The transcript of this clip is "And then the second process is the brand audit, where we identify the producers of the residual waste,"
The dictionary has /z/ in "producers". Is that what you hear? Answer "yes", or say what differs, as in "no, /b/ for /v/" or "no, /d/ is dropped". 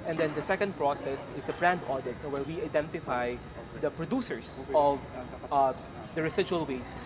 no, /s/ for /z/